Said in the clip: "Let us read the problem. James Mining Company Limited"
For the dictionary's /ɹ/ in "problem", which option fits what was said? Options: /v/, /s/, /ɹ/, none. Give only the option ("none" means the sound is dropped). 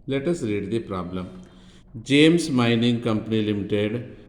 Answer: /ɹ/